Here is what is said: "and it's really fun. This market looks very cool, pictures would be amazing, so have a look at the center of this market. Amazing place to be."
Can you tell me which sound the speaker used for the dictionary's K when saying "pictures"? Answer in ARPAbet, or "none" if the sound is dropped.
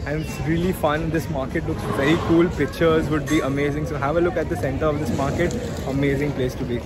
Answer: K